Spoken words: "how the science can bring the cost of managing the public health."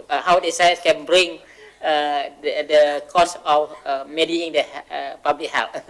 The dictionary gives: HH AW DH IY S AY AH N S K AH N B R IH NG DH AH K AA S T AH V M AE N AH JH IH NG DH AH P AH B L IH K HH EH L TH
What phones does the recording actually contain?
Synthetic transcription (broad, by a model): HH AW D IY S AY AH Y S K AH N B R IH NG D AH K AA S AH F M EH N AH IH NG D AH P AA B L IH K HH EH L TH